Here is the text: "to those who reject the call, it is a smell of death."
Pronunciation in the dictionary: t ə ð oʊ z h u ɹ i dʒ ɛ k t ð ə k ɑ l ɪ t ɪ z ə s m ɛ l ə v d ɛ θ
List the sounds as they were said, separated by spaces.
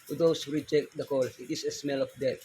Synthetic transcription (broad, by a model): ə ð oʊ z h u ɹ i dʒ ɛ k t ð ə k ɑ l ɪ t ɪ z ə s m ɛ l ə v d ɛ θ